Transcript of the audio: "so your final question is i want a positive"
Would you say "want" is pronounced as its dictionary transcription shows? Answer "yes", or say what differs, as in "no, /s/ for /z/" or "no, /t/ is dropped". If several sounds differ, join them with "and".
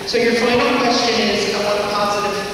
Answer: no, /n/ is dropped